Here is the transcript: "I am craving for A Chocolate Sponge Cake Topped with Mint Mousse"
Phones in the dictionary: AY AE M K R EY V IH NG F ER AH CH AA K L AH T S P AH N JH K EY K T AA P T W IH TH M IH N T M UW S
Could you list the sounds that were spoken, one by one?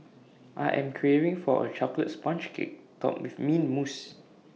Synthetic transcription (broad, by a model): AY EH M K R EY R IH NG F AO AH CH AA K L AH T S P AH N CH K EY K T AA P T W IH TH M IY N M UW S